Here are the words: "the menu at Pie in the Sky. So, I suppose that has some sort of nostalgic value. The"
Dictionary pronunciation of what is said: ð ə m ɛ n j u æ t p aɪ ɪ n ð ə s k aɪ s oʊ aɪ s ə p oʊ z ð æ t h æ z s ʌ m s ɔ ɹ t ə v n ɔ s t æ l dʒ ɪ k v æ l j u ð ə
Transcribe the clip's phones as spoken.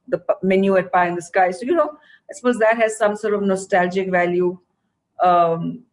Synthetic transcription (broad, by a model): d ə m ɛ n j u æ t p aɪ ɪ n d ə s k aɪ s oʊ aɪ s ə p oʊ z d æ t h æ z s ʌ m s ɔ ɹ t ə v n ɔ s t æ l dʒ ɪ k v æ l j u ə